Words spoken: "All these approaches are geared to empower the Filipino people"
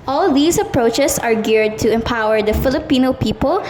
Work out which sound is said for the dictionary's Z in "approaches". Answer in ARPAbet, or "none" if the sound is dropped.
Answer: S